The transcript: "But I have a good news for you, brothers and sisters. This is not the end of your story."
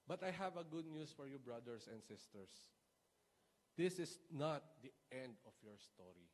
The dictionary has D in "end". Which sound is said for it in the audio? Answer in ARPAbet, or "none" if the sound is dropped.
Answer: D